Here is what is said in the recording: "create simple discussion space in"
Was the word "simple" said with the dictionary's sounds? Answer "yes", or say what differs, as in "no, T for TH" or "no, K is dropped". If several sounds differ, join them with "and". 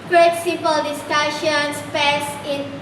no, M is dropped